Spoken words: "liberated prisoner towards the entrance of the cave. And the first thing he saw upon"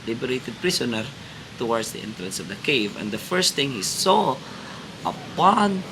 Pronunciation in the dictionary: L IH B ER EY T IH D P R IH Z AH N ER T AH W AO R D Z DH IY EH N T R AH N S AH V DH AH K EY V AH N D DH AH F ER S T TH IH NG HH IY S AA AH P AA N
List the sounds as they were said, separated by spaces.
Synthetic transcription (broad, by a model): L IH B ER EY T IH D P R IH S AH N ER T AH W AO R D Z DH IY EH N T R AH N S AH V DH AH K EY V AH N D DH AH F ER S T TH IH NG HH IY S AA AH P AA N